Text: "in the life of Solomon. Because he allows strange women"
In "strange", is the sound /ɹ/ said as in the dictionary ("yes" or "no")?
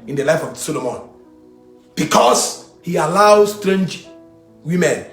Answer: yes